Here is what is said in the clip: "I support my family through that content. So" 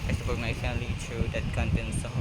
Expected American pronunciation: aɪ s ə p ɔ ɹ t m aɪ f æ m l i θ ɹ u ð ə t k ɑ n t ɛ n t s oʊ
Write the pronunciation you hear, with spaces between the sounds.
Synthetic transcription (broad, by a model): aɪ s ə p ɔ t m aɪ f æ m l i t ɹ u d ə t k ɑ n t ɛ n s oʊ